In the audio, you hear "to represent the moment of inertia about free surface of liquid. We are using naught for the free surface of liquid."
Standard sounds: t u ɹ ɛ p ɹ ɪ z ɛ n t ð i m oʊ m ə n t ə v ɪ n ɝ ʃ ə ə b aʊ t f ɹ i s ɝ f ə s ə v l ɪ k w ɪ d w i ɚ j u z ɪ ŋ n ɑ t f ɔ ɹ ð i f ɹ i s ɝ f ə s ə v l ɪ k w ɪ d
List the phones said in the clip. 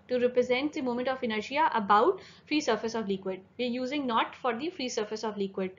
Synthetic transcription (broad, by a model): t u ɹ ɛ p ɹ ɪ z ɛ n t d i m oʊ m ə n t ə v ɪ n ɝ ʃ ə ə b aʊ t f ɹ i s ɝ f ə s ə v l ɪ k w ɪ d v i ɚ j u z ɪ ŋ n ɑ t f ɔ ɹ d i f ɹ i s ɝ f ə s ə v l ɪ k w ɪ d